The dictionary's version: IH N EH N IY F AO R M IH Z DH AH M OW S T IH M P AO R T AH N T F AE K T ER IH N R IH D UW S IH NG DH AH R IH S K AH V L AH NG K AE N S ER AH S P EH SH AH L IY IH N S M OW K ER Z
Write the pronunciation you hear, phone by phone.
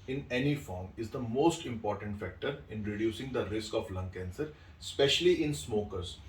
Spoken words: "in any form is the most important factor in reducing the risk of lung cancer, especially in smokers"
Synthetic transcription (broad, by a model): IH N EH N IY F AO R M IH Z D AH M OW S T IH M P AO R T AH N T F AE K T ER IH N R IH D UW S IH NG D AH R IH S K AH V L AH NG K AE N S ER S P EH SH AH L IY IH N S M OW K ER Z